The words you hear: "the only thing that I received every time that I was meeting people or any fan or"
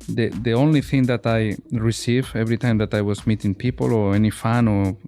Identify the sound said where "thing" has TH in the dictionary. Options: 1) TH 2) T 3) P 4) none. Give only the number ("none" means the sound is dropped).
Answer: 1